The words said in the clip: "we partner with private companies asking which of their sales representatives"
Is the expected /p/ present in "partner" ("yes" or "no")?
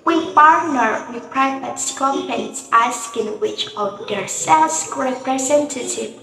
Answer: no